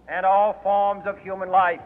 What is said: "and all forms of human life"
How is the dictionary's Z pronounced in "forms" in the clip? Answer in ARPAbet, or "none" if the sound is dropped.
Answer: Z